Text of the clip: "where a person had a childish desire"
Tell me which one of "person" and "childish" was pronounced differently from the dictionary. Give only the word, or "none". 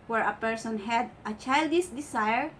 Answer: childish